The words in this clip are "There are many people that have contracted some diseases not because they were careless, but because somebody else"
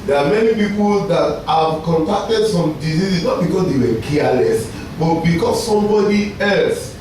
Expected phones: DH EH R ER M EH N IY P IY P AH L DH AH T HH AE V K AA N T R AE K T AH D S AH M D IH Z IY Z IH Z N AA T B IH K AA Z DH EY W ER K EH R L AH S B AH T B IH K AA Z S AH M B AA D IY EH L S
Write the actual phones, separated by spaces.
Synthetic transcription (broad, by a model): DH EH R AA M EH N IY P IY P AH L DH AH T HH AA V K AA N T AE K T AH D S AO M D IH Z IY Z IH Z N AA T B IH K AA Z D EY W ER K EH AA L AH S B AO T B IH K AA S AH M B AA D IY EH L S